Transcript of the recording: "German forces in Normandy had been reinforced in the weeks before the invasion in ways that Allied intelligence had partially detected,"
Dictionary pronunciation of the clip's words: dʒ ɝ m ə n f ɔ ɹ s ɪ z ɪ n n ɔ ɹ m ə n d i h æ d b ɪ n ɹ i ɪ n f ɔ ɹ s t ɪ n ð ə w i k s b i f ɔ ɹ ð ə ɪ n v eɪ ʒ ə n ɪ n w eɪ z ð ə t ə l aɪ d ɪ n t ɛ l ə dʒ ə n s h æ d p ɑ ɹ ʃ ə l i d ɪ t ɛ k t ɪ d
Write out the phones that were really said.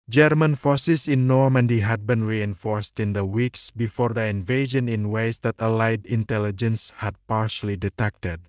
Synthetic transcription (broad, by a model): dʒ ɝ m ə n f ɔ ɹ s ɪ s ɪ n n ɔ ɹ m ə n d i h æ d b ɪ n ɹ i ɪ n f ɔ ɹ s t ɪ n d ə w i k s b i f ɔ ɹ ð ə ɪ n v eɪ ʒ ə n ɪ n w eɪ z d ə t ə l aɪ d ɪ n t ɛ l ə dʒ ə n s h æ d p ɑ ɹ ʃ ə l i d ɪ t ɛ k t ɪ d